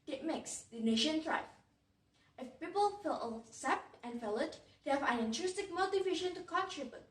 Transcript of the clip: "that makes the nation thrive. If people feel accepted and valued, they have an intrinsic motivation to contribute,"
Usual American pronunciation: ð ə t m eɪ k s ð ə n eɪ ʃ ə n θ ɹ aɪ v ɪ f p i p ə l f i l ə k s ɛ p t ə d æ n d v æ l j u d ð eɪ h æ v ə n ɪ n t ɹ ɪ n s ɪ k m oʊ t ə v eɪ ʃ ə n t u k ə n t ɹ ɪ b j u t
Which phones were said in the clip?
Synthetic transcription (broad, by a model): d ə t m eɪ k s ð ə n eɪ ʃ ə n t ɹ aɪ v ɪ f p i p ə l f i l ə s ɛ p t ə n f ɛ l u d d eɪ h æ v ə n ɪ n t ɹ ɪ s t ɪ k m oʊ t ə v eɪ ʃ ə n t u k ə n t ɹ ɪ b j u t